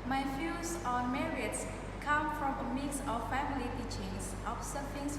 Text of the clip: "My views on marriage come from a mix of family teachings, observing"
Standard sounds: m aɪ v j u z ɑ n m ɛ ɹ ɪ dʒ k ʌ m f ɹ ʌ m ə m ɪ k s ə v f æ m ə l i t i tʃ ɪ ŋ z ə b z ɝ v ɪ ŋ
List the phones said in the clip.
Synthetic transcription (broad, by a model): m aɪ f j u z ɑ n m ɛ ɹ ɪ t k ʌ m f ɹ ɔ m ə m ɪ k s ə f æ m ə l i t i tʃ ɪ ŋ s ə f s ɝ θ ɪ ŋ